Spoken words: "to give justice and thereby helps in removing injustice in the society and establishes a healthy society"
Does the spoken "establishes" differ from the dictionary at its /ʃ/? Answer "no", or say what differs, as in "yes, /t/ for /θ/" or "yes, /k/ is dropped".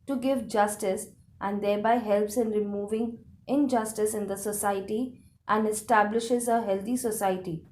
no